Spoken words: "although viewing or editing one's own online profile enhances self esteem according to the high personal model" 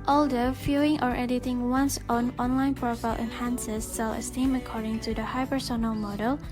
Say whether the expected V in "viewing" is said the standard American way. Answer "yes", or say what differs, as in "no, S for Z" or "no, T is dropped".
no, F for V